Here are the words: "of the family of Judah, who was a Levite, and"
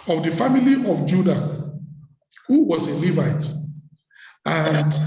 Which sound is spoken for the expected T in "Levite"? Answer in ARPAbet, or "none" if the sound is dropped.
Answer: T